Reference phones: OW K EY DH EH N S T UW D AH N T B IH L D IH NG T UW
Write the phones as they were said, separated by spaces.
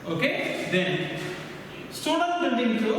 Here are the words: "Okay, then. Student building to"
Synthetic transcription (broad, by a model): OW K EY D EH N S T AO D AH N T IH N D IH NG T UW